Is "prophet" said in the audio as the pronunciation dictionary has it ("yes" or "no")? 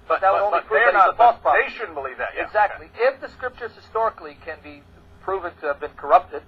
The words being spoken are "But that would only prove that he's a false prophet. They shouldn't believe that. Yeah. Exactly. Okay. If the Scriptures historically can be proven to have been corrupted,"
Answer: no